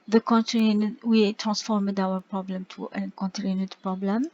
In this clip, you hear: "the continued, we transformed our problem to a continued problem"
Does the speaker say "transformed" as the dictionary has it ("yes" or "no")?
yes